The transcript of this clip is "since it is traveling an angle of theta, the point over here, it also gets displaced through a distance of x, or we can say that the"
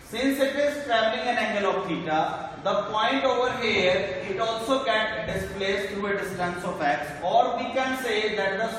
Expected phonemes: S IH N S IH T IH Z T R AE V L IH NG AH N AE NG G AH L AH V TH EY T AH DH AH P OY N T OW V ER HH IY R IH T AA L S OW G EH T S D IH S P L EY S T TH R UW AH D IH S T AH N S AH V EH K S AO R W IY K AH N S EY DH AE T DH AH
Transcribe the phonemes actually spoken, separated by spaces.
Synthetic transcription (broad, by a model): S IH N S IH T IH Z T R AE V L IH NG AH N AE NG G AH L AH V T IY T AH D AH P OY N T OW V ER HH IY R IH T AA L S OW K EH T D IH S P L EY S T R UW AH D IH S T AH N S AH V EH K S AO R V IY K AH N S EY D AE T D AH